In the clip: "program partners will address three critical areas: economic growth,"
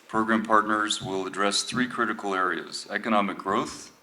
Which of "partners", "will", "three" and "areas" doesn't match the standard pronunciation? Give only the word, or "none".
none